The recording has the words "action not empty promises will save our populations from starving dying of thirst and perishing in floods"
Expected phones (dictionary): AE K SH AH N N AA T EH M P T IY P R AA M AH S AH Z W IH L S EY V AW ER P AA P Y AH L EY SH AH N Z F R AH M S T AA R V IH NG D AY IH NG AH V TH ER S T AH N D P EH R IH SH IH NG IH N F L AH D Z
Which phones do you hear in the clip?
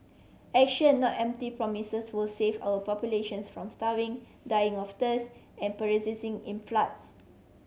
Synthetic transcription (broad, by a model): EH K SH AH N N AA T EH M P T IY P R AA M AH S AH S W IH L S EY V AW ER P AA P Y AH L EY SH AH N S F R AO M S T AA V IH NG D AY IH NG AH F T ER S AH N P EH R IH S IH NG IH N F L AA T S